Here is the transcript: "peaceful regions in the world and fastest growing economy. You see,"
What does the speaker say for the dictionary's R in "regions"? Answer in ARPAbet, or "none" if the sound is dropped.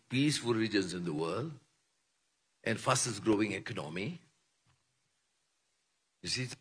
L